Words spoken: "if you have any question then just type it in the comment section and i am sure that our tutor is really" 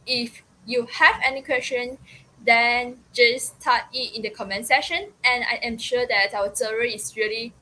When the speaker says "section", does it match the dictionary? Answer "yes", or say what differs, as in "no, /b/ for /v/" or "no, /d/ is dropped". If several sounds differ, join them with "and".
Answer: no, /k/ is dropped